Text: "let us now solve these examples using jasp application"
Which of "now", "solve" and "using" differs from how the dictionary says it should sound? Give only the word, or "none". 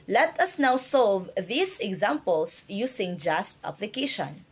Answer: using